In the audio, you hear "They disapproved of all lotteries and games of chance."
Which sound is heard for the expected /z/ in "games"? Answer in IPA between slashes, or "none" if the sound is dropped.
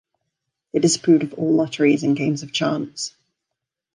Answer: /z/